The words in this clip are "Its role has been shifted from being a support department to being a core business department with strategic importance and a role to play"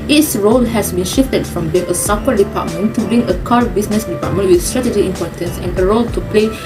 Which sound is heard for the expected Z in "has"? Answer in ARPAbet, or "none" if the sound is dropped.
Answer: S